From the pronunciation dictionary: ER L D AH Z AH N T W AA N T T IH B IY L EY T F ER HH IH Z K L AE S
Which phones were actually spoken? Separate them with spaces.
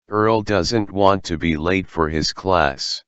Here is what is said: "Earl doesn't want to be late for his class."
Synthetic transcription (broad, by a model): ER L D AH Z AH N T W AA N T T IH B IY L EY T F ER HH IH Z K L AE S